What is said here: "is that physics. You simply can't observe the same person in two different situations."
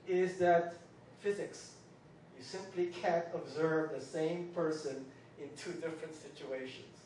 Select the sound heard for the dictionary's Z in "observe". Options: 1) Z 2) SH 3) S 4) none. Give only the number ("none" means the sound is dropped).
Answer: 1